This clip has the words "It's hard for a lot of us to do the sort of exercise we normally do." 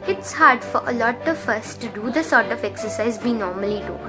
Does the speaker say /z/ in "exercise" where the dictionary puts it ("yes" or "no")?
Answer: yes